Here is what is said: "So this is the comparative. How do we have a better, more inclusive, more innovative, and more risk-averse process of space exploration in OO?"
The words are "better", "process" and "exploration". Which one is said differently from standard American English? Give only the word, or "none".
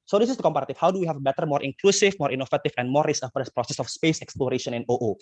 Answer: none